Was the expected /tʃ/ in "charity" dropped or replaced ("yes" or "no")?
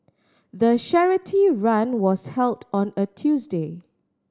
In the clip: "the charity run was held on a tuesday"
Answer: yes